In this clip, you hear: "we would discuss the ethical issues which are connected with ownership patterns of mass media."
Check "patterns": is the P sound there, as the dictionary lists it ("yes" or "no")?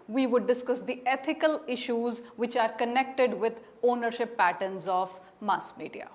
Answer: yes